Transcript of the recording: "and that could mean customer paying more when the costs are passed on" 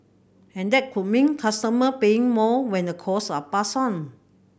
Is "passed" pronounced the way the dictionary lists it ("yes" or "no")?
no